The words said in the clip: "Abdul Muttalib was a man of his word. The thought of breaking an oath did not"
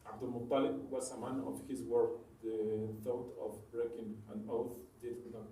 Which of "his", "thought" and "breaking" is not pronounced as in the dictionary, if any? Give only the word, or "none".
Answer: none